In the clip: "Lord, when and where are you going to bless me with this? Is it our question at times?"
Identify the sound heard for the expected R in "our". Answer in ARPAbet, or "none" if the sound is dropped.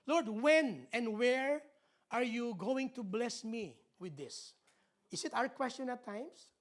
R